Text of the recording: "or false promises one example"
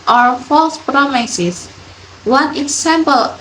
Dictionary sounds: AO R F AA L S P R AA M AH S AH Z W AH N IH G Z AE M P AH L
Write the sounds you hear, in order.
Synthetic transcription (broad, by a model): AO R F AA L S P R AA M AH S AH S W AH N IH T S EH M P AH L